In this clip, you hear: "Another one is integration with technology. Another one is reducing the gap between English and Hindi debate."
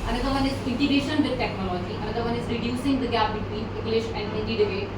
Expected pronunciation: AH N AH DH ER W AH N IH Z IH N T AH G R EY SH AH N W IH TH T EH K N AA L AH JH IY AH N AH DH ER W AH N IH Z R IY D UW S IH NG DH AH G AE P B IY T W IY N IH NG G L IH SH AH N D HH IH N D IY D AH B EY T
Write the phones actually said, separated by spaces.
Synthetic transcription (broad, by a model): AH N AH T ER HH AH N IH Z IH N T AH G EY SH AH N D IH T EH K N AA L AH JH IY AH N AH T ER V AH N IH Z R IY D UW S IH NG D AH G AE P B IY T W IY IH NG G L IH SH AH N D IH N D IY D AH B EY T